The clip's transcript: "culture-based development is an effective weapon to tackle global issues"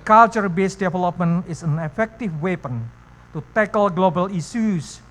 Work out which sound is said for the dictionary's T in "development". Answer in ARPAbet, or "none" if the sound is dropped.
none